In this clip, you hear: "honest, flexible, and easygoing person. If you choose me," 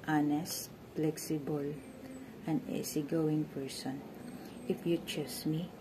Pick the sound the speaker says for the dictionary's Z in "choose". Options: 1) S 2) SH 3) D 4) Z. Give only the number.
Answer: 1